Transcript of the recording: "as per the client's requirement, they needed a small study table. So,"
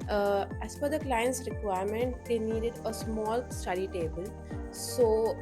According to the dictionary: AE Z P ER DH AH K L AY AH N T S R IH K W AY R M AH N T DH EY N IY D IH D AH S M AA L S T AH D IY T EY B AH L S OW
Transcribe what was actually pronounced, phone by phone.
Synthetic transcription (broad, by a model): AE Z F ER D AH K L AY AH N T S R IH K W AY R M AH N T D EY N IY D IH D AH S M AA L S T AH D IY T EY B AH L S OW